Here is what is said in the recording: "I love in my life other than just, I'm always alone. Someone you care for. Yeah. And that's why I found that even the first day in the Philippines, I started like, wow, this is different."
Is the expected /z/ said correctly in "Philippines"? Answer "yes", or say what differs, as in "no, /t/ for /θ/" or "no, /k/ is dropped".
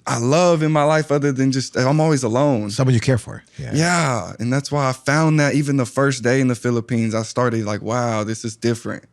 yes